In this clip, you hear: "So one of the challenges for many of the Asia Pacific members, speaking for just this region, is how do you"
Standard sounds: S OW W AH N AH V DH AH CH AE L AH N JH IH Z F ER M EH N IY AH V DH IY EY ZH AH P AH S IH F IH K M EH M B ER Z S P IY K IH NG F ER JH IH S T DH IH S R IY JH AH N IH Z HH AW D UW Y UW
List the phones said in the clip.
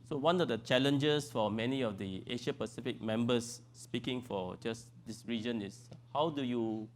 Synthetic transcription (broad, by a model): S OW W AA N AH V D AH CH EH L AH N JH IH S F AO M EH N IY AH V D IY EY SH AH P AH S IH F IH K M EH M B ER S P IY K IH NG F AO JH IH S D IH S R IY JH AH N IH S HH AW D UW Y UW